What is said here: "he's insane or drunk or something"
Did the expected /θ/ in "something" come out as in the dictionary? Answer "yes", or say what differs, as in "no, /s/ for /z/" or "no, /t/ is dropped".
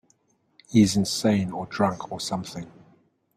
yes